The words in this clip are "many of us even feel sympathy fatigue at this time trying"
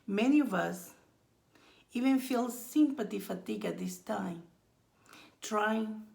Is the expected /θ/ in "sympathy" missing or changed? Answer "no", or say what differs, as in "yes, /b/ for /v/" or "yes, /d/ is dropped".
yes, /t/ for /θ/